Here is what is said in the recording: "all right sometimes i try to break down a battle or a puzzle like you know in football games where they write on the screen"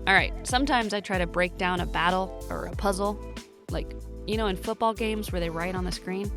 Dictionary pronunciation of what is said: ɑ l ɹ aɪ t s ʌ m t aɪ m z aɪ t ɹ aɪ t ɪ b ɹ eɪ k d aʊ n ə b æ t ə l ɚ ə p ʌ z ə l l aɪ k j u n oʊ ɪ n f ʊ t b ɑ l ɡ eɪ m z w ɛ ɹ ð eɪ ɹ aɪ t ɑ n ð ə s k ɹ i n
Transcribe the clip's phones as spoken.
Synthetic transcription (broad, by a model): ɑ l ɹ aɪ t s ʌ m t aɪ m z aɪ t ɹ aɪ t ɪ b ɹ eɪ k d aʊ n ə b æ t l ɚ ə p ʌ z l l aɪ k j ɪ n oʊ ɪ n f ʊ t b ɑ l ɡ eɪ m z w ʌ ɹ ð eɪ ɹ aɪ t n ð ə s k ɹ i n